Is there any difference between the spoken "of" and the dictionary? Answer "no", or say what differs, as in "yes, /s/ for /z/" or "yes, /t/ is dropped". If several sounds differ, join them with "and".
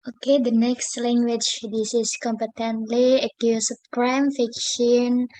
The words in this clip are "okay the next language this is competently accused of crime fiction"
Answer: yes, /p/ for /v/